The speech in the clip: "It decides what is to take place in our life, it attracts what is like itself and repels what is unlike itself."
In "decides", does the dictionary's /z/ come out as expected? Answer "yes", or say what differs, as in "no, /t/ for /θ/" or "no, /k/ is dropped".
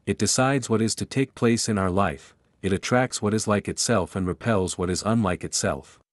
yes